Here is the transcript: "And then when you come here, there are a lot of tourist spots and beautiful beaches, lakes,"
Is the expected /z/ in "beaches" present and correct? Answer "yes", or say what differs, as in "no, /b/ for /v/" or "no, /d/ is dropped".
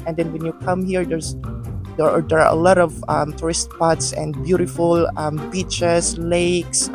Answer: no, /s/ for /z/